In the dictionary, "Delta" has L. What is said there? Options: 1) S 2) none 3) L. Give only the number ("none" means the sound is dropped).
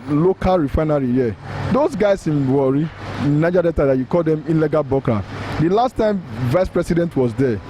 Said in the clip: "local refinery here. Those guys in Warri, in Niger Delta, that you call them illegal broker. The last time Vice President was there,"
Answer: 2